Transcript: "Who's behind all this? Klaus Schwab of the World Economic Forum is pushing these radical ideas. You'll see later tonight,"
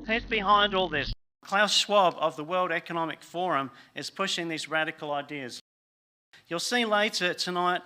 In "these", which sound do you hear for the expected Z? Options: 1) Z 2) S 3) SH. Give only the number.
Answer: 1